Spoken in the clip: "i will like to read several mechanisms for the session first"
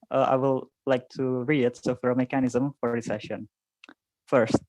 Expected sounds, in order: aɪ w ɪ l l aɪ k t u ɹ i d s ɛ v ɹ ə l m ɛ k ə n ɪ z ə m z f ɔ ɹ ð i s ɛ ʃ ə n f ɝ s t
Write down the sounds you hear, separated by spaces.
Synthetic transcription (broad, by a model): aɪ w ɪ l l aɪ k t u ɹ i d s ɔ f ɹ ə m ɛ k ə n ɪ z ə m f ɔ ɹ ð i s ɛ ʃ ə n f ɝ s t